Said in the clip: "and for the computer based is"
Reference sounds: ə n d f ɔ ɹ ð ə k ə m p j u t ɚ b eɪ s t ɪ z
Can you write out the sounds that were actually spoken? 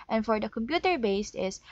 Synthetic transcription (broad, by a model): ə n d f ɔ ɹ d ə k ə m p j u t ɚ b eɪ s t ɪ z